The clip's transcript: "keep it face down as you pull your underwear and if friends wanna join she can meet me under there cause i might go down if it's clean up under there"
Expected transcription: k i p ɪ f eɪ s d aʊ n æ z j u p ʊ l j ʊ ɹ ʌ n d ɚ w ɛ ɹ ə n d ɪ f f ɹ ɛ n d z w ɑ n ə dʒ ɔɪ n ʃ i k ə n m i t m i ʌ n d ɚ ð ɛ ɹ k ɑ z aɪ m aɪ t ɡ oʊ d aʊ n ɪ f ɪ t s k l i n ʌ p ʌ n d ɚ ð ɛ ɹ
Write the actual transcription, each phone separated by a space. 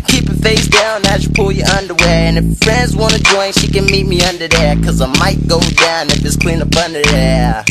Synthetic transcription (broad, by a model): k i p ɪ f eɪ s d aʊ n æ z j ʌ p ʊ l j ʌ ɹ ʌ n d ɚ w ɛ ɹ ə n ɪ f f ɹ ɛ n d z w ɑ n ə dʒ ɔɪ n ʃ i k ə n m i t m i ʌ n d ɚ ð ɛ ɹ k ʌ z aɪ m aɪ t ɡ oʊ d aʊ n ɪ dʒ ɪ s k l i n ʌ b ʌ n d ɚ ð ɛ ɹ